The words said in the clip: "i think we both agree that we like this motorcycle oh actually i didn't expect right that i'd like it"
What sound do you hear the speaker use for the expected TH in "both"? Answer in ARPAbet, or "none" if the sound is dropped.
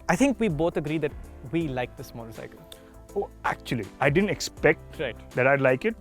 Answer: T